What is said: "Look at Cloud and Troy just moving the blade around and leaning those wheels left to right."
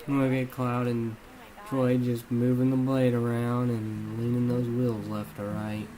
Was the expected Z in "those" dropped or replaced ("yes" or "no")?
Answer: no